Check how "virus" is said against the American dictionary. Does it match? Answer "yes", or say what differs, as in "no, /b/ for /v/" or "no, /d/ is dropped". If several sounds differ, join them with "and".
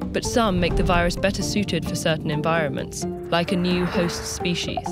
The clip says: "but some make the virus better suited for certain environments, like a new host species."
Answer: yes